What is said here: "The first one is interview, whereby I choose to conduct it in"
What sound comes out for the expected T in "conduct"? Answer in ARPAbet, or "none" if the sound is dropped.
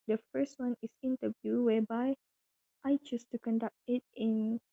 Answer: T